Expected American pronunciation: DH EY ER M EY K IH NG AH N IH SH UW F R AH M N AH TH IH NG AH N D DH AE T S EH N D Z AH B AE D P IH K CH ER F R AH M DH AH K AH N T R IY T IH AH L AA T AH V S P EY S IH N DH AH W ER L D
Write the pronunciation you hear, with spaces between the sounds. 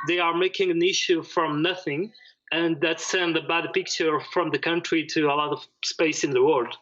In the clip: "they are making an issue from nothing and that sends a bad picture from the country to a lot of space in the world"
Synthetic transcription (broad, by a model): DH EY ER M EY K IH NG AH N IH SH UW F R AH M N AH TH IH NG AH N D DH AE T S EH N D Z AH B AE D P IH K CH ER F R AH M DH AH K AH N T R IY T IH AH L AA T AH V S P EY S IH N DH AH W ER L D